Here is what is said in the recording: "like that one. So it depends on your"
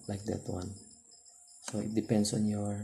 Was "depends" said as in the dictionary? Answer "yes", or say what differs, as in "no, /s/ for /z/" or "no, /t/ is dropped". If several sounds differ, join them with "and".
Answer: no, /s/ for /z/